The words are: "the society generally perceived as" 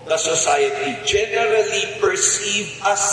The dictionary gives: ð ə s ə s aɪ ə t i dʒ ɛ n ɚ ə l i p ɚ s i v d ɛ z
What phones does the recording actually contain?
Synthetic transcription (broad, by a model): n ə s ə s aɪ ə t i dʒ ɛ n ɚ ə l i p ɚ s i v ʌ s